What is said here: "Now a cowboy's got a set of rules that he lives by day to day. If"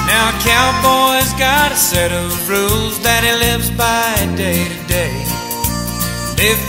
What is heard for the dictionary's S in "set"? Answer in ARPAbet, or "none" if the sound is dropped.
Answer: S